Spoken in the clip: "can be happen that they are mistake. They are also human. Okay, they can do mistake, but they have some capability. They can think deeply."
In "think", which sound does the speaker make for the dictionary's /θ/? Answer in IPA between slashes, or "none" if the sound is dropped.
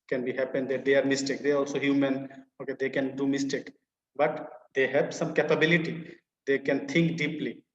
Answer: /t/